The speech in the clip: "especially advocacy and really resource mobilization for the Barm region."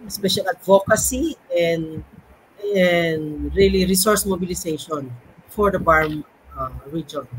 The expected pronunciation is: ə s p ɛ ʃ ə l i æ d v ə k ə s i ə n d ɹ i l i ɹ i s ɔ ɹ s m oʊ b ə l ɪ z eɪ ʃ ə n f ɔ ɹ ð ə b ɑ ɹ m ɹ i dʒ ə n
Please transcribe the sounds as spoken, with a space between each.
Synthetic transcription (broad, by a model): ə s p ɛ ʃ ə l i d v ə k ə s i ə n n ɹ i l i ɹ i s ɔ ɹ s m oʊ b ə l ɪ s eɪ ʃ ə n f ɔ ɹ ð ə b ɑ ɹ m ɹ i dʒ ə n